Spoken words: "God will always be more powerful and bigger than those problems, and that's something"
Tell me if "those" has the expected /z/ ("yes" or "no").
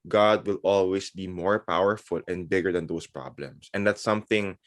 no